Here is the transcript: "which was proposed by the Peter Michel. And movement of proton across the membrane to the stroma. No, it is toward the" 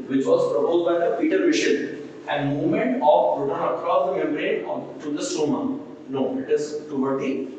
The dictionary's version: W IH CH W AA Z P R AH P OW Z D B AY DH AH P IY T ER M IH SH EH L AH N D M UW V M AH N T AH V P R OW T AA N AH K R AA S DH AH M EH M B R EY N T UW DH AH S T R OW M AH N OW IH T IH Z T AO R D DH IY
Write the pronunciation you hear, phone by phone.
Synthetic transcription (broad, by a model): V IH CH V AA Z P R AH P OW Z D B AY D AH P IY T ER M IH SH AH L AH N D M UW V M AH N T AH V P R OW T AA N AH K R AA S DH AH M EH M R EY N T UW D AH S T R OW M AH N OW IH T IH Z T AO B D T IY